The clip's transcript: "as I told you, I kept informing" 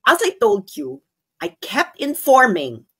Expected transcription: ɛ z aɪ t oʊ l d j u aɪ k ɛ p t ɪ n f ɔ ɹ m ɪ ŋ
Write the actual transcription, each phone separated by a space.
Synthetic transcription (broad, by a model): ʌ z aɪ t oʊ l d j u aɪ k ɛ p t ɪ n f ɔ ɹ m ɪ ŋ